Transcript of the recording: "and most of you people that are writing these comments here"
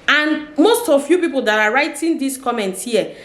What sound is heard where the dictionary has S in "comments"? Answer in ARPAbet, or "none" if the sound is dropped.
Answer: none